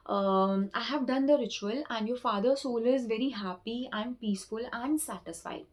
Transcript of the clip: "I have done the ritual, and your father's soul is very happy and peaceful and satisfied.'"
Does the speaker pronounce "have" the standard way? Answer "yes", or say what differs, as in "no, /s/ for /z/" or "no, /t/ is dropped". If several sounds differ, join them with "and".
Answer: yes